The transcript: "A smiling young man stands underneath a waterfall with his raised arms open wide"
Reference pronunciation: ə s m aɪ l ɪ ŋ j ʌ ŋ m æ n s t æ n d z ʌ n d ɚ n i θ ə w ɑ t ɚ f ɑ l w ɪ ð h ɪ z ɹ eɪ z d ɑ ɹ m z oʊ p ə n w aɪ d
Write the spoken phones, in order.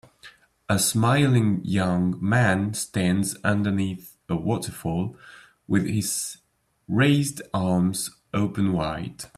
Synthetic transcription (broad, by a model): ə s m aɪ l ɪ ŋ j ʌ ŋ m æ n s t æ n d z ʌ n d ɚ n i θ ə w ɑ t ɚ f ɑ l w ɪ ð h ɪ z ɹ eɪ z d ɑ ɹ m z oʊ p ə n w aɪ d